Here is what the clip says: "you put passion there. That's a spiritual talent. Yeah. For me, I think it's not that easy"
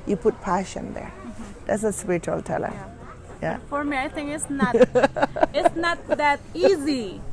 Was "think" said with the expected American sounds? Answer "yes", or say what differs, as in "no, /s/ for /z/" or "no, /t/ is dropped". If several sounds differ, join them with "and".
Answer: no, /k/ is dropped